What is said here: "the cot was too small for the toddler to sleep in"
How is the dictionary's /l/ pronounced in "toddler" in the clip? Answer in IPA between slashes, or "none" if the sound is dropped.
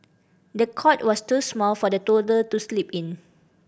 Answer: none